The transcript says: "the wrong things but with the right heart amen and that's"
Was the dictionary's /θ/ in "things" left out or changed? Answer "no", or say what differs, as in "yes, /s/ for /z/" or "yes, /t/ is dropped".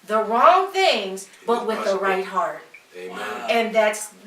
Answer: no